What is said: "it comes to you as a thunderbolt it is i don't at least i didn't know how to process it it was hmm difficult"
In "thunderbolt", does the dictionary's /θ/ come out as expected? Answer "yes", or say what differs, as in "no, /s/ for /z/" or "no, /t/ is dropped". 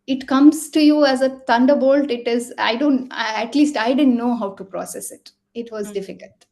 no, /t/ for /θ/